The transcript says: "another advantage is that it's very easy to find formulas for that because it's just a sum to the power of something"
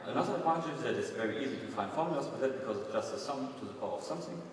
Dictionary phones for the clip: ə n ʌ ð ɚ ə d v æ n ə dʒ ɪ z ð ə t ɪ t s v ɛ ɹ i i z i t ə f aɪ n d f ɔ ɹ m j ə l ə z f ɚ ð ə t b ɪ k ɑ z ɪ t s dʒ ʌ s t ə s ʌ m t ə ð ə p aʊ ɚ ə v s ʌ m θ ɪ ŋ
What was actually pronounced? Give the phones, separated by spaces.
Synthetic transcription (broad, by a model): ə n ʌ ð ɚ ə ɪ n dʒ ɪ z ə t ɪ t s v ɛ ɹ i i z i t ə f aɪ n d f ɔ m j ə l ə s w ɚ ð ə t b ɪ k ɑ z ɪ t s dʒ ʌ s t ə s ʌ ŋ t ə ð ə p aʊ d ə v s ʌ m θ ɪ ŋ